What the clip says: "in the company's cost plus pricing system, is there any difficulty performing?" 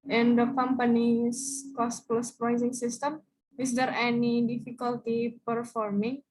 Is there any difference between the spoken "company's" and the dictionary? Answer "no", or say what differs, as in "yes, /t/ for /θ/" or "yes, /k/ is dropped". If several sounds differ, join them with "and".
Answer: yes, /s/ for /z/